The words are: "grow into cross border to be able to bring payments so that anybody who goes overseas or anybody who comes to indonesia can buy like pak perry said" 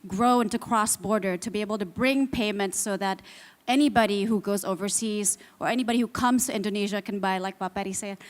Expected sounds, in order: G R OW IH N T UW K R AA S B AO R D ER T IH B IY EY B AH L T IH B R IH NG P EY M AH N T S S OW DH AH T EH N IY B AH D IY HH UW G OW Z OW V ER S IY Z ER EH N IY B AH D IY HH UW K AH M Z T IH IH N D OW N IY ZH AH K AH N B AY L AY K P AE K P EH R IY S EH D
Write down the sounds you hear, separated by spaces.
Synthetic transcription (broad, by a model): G R OW IH N T UW K R AA S B AO R D ER T IH B IY EY B L T IH B R IH NG P EY M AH N T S S OW DH AH T EH N IY B AH D IY HH UW G OW Z OW V ER S IY Z ER EH N IY B AH D IY HH UW K AH M Z T IH IH N D OW N IY ZH AH K AH N B AY L AY K B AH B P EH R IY S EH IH